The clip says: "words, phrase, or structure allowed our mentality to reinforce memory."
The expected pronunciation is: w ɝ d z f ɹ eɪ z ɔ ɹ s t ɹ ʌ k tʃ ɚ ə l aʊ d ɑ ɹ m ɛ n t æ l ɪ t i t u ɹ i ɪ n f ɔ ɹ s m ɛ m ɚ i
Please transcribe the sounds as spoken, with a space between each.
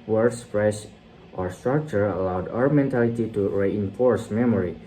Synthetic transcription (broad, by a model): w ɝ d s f ɹ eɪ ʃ ɔ ɹ s t ɹ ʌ k tʃ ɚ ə l aʊ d ɑ ɹ m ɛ n t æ l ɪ t i t u ɹ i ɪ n f ɔ ɹ s m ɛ m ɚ i